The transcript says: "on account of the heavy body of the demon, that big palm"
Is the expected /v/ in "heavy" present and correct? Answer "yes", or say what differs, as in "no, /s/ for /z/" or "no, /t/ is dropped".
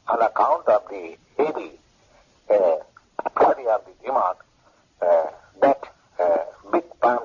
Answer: no, /b/ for /v/